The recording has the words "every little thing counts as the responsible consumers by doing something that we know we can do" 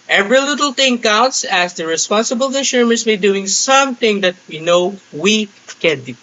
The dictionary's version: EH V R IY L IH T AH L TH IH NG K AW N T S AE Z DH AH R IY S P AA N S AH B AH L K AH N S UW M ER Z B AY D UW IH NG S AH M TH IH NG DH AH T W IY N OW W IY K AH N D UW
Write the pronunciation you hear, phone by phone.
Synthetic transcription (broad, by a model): EH V R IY L IH T AH L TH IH NG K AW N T S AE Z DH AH R IY S P AA N S AH B AH L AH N SH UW M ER S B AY D UW IH NG S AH M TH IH NG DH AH T W IY N OW W IY K AH N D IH